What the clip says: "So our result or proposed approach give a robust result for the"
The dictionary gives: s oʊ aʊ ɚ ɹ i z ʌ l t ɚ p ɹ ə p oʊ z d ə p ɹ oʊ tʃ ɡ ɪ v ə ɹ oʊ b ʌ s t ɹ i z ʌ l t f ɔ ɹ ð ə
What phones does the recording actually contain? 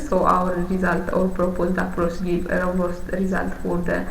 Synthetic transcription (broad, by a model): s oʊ aʊ ɚ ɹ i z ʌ l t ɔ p ɹ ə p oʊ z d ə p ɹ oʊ s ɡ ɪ ə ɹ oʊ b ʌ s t ɹ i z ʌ l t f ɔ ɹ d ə